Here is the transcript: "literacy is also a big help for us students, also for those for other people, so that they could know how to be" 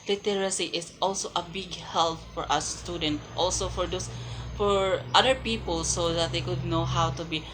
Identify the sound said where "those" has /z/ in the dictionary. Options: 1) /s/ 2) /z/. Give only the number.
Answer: 1